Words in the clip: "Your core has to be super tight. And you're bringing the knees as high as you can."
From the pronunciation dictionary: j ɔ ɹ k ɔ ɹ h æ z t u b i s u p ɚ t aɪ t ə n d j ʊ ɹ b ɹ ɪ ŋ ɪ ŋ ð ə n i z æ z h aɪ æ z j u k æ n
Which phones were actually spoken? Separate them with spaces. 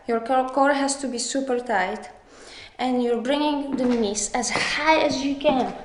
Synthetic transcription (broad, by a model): j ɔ ɹ k ɔ ɹ h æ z t u b i s u p ɚ t aɪ t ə n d j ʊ ɹ b ɹ ɪ ŋ ɪ ŋ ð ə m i s æ z h aɪ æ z j u k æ n